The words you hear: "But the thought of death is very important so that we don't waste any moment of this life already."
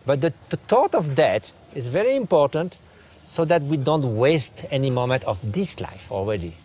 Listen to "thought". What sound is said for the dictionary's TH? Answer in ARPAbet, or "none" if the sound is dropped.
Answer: T